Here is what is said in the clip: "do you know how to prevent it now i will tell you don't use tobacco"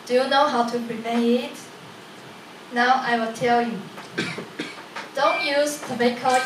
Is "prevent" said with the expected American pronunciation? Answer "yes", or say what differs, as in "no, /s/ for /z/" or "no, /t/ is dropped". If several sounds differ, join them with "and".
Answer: no, /p/ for /v/ and /t/ is dropped